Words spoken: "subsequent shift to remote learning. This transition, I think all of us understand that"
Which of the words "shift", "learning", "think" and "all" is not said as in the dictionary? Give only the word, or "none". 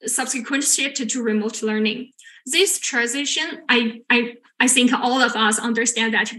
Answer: shift